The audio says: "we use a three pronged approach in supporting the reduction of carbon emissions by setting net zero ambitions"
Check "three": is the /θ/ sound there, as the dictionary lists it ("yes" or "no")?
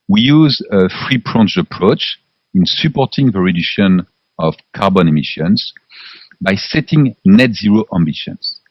no